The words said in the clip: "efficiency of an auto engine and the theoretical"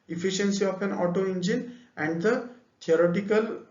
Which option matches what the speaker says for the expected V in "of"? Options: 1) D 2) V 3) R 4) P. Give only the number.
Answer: 4